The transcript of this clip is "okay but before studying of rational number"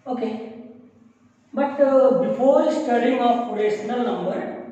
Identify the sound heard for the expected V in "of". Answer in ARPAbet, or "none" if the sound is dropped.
P